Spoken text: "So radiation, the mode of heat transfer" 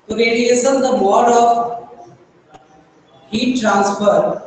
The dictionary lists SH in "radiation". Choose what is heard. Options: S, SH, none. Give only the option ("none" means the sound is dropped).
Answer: S